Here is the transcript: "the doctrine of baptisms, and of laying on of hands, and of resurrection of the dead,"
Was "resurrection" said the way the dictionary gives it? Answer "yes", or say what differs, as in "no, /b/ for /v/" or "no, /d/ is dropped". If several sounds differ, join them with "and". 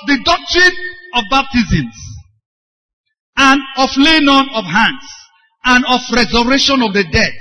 no, /k/ is dropped